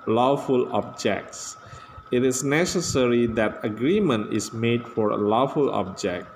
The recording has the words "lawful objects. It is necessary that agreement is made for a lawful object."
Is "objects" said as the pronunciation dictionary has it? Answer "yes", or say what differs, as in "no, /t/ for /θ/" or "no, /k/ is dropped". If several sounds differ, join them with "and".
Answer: yes